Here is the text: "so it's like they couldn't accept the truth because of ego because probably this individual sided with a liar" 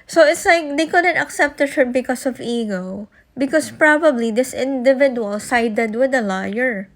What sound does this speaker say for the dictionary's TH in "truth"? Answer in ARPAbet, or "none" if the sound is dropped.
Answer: T